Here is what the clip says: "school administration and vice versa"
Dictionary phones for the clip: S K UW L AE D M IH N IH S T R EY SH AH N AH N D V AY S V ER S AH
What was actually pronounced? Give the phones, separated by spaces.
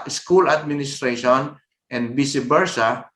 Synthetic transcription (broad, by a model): S K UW L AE D M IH N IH S T R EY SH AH N AH N D B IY S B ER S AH